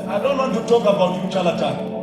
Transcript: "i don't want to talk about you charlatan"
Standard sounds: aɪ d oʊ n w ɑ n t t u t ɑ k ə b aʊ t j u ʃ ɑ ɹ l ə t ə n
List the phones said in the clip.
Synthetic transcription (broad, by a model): aɪ d oʊ n w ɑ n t t u t ɑ k ə b aʊ t j u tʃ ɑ l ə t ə